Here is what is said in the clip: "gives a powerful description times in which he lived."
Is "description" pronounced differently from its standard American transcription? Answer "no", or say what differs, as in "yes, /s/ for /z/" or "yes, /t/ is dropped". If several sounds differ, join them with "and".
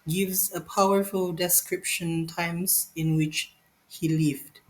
no